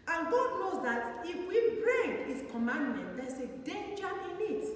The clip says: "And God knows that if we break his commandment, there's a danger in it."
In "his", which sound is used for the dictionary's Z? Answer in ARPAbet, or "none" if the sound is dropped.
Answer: S